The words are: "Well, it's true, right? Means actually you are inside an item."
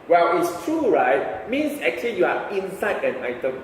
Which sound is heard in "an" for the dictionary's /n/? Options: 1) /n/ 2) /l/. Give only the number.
1